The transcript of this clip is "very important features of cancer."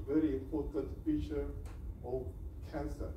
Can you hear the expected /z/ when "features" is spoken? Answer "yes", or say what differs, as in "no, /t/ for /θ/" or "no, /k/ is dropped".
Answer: no, /z/ is dropped